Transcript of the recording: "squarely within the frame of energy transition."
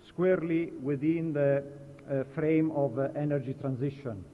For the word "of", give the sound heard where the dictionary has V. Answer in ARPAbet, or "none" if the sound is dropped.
V